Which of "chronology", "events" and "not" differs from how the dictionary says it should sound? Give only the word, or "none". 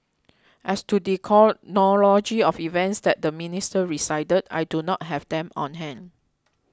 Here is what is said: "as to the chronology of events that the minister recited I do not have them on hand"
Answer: chronology